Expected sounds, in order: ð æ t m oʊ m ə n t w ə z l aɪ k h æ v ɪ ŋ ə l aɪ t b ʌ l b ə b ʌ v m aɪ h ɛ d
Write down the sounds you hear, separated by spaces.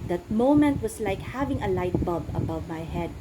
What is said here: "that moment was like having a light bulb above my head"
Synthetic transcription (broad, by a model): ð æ t m oʊ m ə n t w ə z l aɪ k h æ v ɪ ŋ ə l aɪ t b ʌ b ə b ʌ v m aɪ h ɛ d